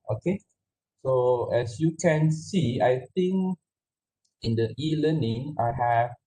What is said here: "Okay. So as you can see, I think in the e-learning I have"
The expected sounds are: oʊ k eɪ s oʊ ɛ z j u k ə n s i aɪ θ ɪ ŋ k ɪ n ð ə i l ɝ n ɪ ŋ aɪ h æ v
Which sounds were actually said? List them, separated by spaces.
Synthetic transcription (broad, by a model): oʊ k eɪ s oʊ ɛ s j u k ə n s i aɪ t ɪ ŋ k ɪ n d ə i l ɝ n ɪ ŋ aɪ h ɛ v